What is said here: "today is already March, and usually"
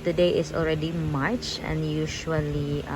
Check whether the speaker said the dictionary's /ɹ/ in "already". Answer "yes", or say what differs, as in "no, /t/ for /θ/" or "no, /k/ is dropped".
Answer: yes